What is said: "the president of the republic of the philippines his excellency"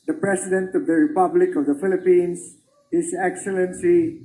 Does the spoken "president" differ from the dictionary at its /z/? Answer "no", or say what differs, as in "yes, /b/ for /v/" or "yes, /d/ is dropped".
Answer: yes, /s/ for /z/